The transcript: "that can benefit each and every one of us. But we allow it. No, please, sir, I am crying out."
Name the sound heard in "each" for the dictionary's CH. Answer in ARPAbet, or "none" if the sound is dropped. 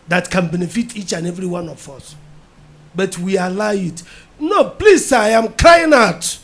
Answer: CH